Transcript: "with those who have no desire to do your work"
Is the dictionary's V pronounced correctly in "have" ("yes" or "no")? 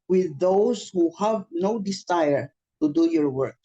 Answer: yes